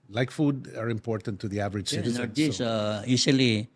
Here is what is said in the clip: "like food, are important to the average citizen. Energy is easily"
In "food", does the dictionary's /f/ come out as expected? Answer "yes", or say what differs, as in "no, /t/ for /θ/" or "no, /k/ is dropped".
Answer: yes